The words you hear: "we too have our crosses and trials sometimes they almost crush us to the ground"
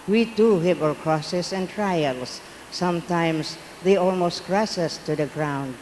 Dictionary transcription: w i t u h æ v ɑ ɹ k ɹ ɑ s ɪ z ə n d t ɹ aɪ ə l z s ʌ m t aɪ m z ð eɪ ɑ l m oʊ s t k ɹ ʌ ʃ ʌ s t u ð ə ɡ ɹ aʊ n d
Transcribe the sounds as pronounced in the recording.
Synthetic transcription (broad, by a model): w i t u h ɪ p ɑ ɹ k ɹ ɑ s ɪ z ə n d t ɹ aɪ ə l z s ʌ m t aɪ m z ð eɪ ɑ l m oʊ s t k ɹ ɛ s ʌ s t u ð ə ɡ ɹ aʊ n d